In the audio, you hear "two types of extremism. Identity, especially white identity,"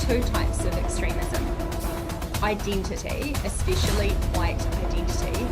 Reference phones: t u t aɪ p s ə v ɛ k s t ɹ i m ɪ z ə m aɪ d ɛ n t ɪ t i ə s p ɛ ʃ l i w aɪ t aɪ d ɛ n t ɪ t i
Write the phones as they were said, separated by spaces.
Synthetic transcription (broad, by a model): t u t aɪ p s ə v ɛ k s t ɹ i m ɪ z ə m aɪ d ɛ n t ɪ t i ə s p ɛ ʃ l i w aɪ t aɪ d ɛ n t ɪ t i